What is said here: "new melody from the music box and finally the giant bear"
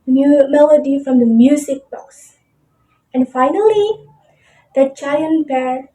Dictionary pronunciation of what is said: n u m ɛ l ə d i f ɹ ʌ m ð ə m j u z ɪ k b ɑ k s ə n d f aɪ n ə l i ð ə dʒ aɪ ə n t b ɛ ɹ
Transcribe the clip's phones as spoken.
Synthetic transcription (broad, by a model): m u m ɛ l ə d i f ɹ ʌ m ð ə m j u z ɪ k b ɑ s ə n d f aɪ n ə l i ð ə tʃ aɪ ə n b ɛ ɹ